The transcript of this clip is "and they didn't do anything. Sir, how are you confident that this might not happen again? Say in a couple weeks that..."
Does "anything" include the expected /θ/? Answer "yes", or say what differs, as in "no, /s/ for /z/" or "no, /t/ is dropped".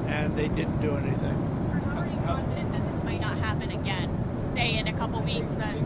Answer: yes